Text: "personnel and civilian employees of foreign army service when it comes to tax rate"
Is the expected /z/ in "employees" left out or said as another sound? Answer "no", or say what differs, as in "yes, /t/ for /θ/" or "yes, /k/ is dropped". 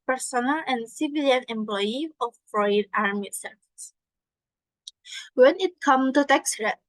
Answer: yes, /z/ is dropped